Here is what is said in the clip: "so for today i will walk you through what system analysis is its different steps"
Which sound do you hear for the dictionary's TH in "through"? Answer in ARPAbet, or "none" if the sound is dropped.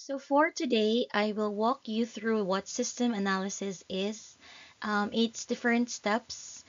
TH